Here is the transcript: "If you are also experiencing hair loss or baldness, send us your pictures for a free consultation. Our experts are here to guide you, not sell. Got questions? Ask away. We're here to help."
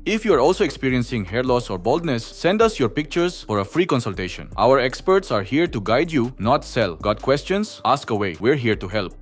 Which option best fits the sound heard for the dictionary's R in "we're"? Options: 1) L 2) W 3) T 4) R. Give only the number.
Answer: 4